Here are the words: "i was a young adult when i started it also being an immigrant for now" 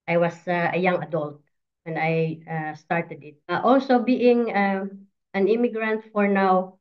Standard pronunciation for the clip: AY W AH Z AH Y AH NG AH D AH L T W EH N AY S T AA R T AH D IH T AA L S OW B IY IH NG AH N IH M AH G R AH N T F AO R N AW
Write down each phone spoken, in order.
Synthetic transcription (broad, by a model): AY W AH S AH Y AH NG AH D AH L T W EH N AY S T AA R T AH D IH T AA L S OW B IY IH NG AH N IH M AH G R AH N T F AO R N AW